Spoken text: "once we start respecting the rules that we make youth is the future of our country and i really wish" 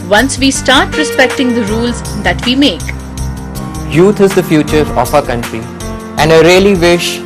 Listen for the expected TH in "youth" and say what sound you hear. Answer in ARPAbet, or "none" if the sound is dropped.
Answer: T